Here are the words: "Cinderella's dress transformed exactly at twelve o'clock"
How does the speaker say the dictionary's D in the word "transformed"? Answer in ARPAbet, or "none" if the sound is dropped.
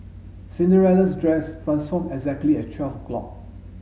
none